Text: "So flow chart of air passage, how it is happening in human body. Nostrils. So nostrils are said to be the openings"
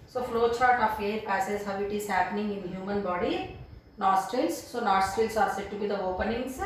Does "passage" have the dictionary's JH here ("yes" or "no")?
no